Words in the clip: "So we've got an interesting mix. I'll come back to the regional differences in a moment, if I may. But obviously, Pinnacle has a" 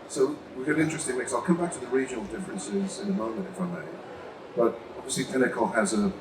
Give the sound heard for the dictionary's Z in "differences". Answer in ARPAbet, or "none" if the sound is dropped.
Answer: Z